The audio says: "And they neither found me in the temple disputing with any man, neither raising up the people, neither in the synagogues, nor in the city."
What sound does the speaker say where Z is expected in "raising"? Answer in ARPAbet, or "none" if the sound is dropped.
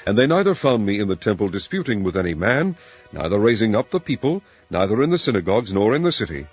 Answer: Z